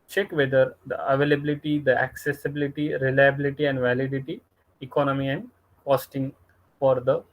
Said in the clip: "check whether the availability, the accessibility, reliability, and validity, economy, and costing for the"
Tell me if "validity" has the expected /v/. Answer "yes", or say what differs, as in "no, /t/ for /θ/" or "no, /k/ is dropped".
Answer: yes